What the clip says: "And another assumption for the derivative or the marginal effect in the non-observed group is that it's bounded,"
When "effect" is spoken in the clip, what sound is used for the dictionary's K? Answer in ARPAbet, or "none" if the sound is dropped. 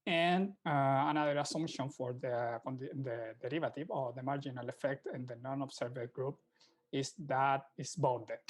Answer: K